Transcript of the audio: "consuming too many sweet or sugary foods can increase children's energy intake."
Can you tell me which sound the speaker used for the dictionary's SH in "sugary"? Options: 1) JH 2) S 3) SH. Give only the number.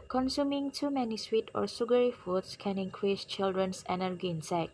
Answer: 2